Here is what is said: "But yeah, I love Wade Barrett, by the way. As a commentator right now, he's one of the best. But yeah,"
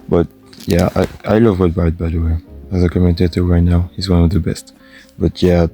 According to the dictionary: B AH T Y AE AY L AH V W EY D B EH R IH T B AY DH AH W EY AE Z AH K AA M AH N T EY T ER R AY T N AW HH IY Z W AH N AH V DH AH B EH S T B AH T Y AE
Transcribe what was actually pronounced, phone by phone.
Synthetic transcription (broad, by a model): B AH T Y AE AY L AH V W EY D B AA IH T B AY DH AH W EY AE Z AH K AA M AH N T EY T ER R AY T N AW HH IY Z W AH N AH V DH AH B EH S T B AH T Y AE